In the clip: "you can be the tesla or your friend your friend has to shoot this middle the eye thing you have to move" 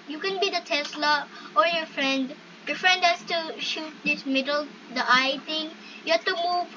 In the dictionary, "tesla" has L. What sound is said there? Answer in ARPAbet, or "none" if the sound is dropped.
L